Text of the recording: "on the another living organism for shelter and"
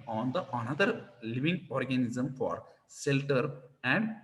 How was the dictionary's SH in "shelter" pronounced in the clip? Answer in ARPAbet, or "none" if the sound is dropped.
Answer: S